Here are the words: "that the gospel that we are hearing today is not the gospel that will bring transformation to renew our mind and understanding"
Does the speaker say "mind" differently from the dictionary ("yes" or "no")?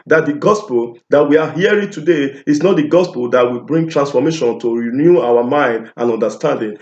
no